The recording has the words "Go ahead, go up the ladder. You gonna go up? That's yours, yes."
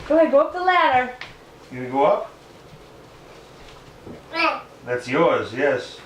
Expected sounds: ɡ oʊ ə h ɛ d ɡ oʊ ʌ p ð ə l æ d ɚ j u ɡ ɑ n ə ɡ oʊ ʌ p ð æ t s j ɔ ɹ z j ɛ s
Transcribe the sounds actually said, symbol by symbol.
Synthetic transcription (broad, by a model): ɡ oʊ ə ɡ oʊ ʌ p ð ə l æ d ɚ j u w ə ɡ oʊ ʌ p ð æ t s j ɔ ɹ z j ɛ s